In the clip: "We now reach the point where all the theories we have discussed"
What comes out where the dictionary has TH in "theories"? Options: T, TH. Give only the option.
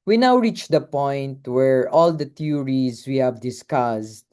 T